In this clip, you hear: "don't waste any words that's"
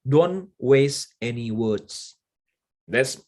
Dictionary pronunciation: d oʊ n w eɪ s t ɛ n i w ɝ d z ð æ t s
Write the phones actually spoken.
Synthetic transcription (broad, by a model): d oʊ n w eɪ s ɛ n i w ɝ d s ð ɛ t s